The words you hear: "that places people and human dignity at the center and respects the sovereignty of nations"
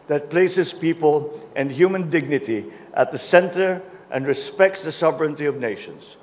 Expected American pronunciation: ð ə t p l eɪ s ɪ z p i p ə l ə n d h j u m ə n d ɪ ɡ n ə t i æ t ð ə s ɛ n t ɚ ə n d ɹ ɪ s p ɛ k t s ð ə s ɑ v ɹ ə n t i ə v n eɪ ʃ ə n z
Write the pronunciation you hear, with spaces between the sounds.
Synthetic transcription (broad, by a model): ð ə t p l eɪ s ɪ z p i p ə l ə n d h j u m ə n d ɪ ɡ n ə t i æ t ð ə s ɛ n t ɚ ə n d ɹ ɪ s p ɛ k t s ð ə s ɑ v ɹ ə n t i ə v n eɪ ʃ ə n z